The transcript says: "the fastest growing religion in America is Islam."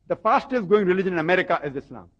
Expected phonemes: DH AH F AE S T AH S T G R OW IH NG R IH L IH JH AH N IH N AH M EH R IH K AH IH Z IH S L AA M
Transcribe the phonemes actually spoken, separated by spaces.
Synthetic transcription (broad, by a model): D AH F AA S T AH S G OW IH NG R IH L IH JH AH N IH N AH M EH R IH K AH IH Z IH S L AA M